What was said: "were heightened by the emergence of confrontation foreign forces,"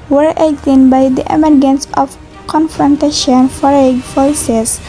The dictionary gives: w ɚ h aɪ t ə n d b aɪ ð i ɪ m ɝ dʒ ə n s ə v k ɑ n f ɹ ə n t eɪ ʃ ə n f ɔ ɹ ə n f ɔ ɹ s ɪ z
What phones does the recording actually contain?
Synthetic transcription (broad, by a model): w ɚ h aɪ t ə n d b aɪ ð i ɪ m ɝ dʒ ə n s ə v k ɑ n f ɹ ə n t eɪ ʃ ə n f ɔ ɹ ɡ f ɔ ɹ s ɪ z